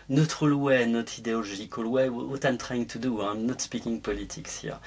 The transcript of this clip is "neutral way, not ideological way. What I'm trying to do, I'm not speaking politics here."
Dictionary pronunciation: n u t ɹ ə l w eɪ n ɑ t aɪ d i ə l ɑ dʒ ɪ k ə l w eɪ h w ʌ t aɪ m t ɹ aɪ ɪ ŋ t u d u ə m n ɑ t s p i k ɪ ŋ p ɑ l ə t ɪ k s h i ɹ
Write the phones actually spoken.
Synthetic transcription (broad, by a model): n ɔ t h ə l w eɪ n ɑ t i d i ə l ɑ ʒ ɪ k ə l w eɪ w w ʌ t aɪ m t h aɪ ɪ ŋ t u d u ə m n ɑ t s p i k ɪ ŋ p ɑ l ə t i k s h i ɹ